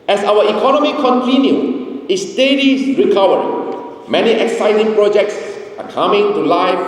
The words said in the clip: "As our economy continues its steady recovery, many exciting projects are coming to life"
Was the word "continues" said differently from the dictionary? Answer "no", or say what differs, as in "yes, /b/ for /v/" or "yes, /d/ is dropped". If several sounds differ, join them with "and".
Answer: yes, /z/ is dropped